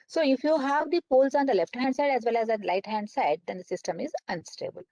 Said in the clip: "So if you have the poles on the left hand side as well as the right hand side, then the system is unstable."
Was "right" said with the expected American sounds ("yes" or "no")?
no